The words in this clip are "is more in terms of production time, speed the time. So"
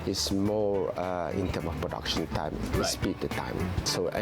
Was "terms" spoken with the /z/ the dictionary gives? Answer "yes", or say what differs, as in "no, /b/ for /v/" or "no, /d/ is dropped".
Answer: no, /z/ is dropped